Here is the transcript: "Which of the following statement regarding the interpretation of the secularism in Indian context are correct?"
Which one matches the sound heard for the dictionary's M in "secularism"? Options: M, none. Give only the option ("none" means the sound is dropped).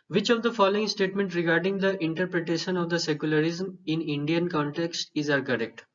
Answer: M